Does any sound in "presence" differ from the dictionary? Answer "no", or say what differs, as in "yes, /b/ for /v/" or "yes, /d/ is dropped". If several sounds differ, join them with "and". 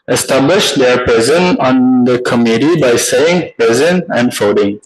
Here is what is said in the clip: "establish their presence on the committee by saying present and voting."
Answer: yes, /s/ is dropped